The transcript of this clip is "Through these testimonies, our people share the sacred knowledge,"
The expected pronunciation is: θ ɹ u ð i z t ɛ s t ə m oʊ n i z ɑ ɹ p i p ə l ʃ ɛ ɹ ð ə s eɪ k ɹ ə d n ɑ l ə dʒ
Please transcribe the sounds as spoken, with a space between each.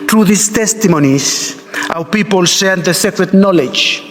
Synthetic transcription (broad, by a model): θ ɹ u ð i s t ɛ s t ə m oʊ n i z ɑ w p i p ə l s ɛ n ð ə s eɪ k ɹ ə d n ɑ l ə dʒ